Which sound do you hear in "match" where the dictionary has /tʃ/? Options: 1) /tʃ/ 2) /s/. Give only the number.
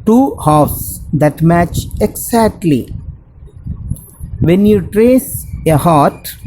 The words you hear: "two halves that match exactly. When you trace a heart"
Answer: 1